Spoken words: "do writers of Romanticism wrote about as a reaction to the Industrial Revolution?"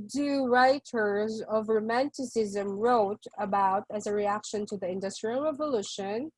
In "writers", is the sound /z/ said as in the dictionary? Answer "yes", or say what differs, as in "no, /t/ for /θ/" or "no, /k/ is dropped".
yes